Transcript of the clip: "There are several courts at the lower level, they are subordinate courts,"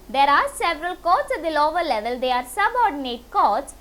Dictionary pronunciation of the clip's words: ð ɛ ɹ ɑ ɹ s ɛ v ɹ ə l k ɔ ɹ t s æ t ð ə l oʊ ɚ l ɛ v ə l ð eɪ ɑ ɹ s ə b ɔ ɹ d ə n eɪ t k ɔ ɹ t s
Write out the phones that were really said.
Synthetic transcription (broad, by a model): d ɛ ɹ ɑ ɹ s ɛ v ɹ ə l k ɔ t s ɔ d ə l oʊ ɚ l ɛ v ə l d eɪ ɑ ɹ s ə b ɔ ɹ d ə n eɪ t k ɔ t s